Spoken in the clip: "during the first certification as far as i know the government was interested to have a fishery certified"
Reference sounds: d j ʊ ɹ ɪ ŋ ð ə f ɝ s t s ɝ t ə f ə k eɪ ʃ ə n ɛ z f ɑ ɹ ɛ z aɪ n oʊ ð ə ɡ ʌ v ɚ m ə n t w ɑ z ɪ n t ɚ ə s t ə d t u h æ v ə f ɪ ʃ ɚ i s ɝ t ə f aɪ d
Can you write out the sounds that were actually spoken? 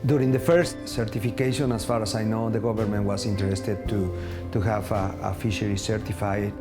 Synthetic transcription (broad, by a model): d j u ɹ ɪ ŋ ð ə f ɝ s t s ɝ t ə f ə k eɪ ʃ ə n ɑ s f ɑ ɹ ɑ s aɪ n oʊ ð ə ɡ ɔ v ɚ m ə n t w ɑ s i n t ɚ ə s t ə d t u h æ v ə f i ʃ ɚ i s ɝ t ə f aɪ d